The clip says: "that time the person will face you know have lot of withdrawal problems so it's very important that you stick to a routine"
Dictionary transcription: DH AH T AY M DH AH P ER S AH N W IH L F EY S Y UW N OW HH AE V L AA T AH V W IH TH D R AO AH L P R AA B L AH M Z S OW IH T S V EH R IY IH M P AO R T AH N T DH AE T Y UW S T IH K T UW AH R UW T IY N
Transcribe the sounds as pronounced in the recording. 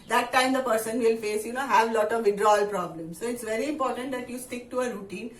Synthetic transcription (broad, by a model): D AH T AY M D AH P ER S AH N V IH L F EY S Y UW N OW HH AE V L AA T AH V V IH D R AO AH L P R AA B L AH M S OW IH T S V EH R IY IH M P AO R T AH N T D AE T Y UW S T IH K T UW AH R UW T IY N